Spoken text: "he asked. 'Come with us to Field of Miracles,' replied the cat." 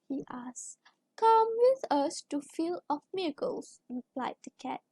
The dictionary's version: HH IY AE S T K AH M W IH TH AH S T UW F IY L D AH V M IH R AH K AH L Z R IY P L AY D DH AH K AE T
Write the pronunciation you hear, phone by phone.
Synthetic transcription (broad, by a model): HH IY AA S K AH M W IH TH AH S T UW F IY L AH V M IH R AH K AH L S R IY P L AY D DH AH K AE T